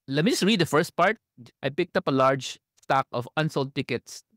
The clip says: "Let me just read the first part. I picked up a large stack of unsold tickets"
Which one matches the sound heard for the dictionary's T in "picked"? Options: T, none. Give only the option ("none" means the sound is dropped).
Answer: T